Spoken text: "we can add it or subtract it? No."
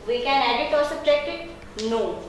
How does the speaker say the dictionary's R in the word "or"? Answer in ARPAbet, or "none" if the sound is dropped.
L